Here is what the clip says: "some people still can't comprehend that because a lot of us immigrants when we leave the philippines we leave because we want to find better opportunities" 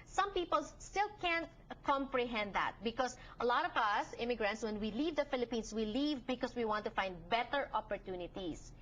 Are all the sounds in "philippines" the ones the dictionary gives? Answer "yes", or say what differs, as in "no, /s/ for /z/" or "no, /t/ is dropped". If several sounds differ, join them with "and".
no, /s/ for /z/